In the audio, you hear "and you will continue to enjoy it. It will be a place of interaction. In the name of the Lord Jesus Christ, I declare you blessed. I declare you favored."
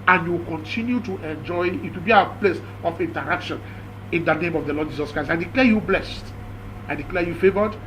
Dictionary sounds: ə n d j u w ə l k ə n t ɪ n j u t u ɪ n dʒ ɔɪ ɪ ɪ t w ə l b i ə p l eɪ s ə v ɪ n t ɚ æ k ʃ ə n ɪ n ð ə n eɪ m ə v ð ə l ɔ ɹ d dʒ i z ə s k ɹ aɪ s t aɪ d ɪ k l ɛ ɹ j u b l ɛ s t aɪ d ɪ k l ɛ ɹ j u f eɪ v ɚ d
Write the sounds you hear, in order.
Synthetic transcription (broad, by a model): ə n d j u w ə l k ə n t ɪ n j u t u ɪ n dʒ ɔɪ ɪ ɪ t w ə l b i ə p l eɪ s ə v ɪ n t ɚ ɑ k ʃ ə n ɪ n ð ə n eɪ m ə v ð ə l ɔ d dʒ i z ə s k ɹ aɪ s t aɪ d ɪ k l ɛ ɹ j u b l ɛ s t aɪ d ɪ k l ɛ j u f eɪ v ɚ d